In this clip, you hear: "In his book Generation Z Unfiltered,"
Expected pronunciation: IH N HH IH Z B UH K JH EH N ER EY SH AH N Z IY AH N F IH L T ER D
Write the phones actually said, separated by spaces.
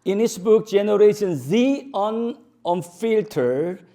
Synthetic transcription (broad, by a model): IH N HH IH S B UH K JH EH N ER EY SH AH N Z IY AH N F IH L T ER